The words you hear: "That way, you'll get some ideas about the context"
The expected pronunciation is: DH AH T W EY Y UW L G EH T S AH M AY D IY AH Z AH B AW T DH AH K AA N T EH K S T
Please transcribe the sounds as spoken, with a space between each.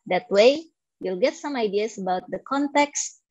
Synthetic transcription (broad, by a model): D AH T W EY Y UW L G EH T S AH M AY D IY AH S AH B AW T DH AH K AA N T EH K S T